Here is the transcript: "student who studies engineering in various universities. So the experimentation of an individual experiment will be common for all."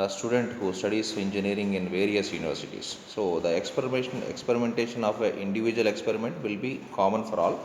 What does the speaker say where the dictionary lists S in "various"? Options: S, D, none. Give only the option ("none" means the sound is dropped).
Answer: S